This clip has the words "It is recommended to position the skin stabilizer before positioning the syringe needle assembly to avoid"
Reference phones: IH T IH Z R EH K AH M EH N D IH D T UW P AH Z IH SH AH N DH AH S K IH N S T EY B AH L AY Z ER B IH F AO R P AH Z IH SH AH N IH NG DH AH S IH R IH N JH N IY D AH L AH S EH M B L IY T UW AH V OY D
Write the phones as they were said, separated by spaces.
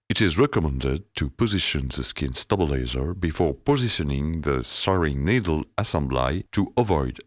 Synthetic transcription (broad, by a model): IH T IH Z R EH K AH M EH N D IH D T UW P AH Z IH SH AH N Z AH S K IH N S T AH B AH L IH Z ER B IH F AO R P AH Z IH SH AH N IH NG DH AH S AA R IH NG N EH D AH L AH S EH M B L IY T UW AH V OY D